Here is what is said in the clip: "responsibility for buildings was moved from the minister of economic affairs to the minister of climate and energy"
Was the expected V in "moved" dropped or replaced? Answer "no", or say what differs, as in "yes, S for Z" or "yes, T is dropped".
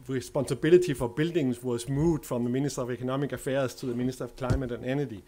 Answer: yes, V is dropped